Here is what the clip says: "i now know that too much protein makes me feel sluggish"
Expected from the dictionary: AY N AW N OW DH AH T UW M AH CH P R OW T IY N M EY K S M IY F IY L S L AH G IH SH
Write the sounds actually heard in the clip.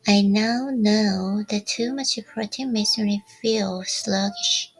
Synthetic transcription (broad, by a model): AY N AW N OW DH AH T UW M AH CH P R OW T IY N M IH S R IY F IY L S L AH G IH SH